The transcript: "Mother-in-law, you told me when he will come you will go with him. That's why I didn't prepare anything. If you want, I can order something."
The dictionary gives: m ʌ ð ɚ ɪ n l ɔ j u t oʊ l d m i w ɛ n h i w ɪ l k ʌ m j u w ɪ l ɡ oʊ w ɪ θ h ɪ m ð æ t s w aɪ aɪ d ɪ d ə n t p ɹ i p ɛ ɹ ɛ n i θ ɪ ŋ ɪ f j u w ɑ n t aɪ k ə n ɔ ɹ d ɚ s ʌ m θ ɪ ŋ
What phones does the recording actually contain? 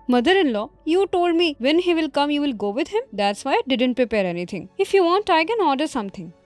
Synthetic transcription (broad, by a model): m ʌ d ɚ ɪ n l ɔ j u t oʊ l d m i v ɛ n h i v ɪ l k ʌ m j u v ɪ l ɡ oʊ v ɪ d h ɪ m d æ t s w aɪ aɪ d ɪ d ə n t p ɹ i p ɛ ɹ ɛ n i t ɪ ŋ ɪ f j u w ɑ n t aɪ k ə n ɔ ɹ d ɚ s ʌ m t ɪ ŋ